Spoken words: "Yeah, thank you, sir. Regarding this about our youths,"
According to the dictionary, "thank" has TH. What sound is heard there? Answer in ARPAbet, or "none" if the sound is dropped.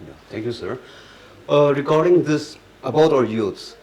T